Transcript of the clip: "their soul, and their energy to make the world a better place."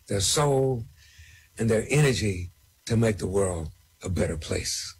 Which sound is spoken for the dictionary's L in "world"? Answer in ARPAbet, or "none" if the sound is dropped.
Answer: L